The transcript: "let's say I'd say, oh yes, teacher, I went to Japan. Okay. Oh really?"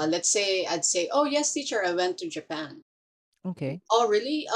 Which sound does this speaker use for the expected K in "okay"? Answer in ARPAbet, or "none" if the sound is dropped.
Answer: K